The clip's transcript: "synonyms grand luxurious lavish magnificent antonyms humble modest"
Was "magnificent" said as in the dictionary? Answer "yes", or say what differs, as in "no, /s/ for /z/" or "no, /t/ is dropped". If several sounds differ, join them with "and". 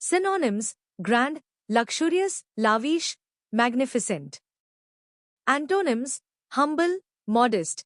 yes